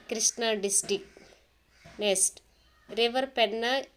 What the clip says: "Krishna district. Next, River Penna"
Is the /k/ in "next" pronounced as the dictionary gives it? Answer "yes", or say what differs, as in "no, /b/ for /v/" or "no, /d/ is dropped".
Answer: no, /k/ is dropped